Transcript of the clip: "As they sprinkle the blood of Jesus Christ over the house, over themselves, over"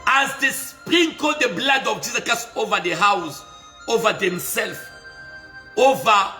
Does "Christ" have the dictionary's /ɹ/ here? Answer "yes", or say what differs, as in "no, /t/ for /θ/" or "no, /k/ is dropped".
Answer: no, /ɹ/ is dropped